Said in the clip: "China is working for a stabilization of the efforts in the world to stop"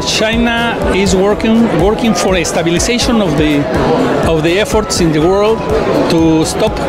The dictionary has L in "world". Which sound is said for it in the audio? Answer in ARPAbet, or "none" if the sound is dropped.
L